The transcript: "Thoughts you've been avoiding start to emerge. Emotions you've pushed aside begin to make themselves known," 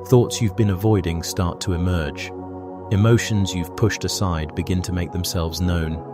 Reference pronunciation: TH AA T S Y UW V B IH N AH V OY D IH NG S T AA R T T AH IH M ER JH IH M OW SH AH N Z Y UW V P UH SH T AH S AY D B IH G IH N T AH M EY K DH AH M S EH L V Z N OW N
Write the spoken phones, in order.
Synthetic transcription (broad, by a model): TH AA T S Y UW V B IH N AH V OY D IH NG S T AA R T T AH IH M ER JH IH M OW SH AH N Z Y UW V P UH SH T AH S AY D B IH G IH N T AH M EY K DH AH M S EH L V Z N OW N